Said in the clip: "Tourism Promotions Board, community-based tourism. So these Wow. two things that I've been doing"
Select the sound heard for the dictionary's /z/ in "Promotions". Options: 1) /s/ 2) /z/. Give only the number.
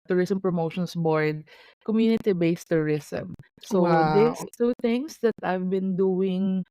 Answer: 1